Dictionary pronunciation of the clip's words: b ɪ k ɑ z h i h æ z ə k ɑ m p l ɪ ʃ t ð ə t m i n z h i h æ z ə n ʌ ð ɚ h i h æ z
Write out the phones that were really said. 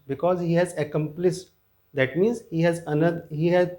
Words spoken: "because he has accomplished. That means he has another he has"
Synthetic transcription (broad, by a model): b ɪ k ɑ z h i h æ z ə k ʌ m p l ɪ s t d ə t m i n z h i h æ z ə n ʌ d h i h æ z